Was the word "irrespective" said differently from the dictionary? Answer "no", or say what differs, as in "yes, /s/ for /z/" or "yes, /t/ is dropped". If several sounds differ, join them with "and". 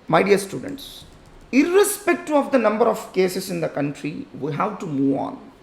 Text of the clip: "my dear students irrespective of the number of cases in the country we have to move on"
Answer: yes, /v/ is dropped